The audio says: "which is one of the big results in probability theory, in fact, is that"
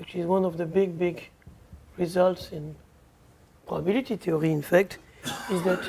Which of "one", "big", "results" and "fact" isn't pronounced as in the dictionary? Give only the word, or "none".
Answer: none